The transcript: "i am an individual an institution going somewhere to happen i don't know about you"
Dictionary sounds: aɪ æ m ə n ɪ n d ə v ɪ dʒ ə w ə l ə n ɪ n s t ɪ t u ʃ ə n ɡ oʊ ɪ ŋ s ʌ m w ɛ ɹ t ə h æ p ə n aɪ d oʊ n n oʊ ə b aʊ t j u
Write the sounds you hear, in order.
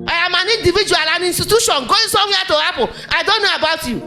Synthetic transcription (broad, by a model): aɪ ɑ m ə n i n d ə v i dʒ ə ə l ə n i n s t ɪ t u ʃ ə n ɡ oʊ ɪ s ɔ w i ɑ t ə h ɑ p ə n aɪ d oʊ n n oʊ ə b aʊ t j u